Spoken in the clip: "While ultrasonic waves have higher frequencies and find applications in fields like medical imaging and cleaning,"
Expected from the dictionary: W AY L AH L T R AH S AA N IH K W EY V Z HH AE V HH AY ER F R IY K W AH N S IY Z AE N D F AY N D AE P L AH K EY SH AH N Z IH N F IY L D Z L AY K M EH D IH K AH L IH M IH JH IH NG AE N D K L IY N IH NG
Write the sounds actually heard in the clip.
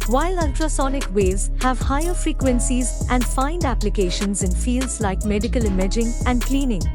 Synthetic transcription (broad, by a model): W AY L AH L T R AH S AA N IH K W EY Z HH AE V HH AY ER F R IY K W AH N S IY Z AE N D F AY N D AE P L AH K EY SH AH N Z IH N F IY L D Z L AY K M EH D IH K AH L IH M IH JH IH NG AE N D K L IY N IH NG